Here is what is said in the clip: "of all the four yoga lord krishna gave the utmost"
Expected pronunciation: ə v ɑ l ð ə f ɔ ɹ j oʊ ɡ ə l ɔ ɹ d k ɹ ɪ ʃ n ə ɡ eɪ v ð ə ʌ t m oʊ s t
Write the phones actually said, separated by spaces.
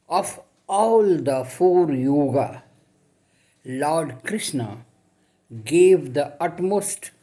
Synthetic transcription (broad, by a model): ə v ɑ l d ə f ɔ ɹ j oʊ ɡ ə l ɔ ɹ d k ɹ ɪ ʃ n ə ɡ eɪ v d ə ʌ t m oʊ s t